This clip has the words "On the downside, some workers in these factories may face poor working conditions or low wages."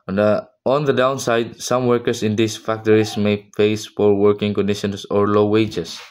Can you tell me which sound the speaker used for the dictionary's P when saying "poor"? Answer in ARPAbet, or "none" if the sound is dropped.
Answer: F